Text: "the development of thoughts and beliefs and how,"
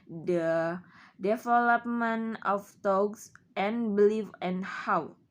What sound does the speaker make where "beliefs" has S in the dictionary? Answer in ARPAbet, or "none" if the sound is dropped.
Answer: none